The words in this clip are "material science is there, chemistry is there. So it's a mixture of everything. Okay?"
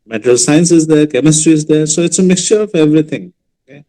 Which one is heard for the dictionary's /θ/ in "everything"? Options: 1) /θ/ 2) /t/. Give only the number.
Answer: 2